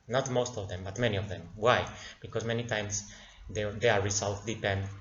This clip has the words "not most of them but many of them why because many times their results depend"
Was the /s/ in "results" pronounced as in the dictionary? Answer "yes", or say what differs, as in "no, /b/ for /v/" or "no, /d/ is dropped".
no, /s/ is dropped